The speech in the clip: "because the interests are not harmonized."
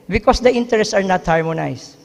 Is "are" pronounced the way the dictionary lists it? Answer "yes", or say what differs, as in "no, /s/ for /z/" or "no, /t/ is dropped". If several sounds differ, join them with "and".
yes